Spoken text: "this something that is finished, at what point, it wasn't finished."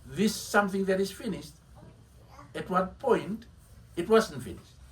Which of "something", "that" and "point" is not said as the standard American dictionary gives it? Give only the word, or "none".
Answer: none